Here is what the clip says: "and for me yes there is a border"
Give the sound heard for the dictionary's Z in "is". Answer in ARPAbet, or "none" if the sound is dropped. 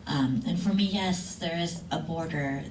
Z